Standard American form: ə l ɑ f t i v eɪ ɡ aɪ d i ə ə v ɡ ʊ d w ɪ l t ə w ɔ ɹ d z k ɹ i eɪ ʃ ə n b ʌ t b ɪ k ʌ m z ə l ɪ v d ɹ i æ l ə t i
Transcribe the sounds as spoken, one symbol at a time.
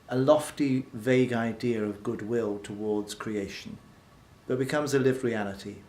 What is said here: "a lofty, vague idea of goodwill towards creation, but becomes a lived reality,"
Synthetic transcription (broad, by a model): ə l ɑ f t i v eɪ ɡ aɪ d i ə ə v ɡ ʊ d w ɪ l t ə w ɔ ɹ d z k ɹ i eɪ ʃ ə n b ʌ t b ɪ k ʌ m z ə l ɪ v ɹ i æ l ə t i